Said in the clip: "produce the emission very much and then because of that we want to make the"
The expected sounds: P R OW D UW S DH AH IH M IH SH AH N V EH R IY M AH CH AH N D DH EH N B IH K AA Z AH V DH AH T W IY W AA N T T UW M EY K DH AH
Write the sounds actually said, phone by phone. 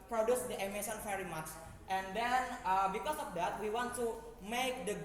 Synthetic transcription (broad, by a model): P R OW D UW S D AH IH M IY S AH N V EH R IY M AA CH AH N D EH N B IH K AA S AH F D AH T W IY W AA N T T UW M EY K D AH